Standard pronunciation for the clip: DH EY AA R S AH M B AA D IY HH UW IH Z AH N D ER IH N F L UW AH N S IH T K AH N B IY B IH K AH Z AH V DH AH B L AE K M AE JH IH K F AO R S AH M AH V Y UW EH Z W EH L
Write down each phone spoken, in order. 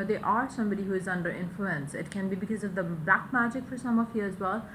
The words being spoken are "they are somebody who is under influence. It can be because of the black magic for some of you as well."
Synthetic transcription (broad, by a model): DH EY AA R S AH M B AA D IY HH UW IH Z AH N D ER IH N F L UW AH N S IH T K AH N B IY B IH K AH Z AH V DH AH B L AE K M AE JH IH K F AO R S AH M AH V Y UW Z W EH L